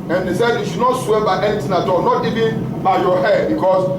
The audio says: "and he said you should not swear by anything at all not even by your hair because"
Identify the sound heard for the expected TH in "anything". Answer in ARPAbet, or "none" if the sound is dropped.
T